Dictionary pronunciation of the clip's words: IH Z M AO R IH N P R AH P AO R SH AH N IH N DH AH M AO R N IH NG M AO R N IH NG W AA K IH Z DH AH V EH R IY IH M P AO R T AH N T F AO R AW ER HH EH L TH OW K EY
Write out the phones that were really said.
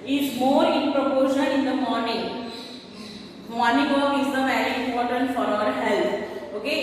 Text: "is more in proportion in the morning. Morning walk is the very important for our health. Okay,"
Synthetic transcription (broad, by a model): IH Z M AO R IH N P R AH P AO R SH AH L IH N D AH M AO R N IH NG M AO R N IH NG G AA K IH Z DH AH V EH R IY IH M P AO R T AH N T F AO R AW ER HH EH L T OW K EY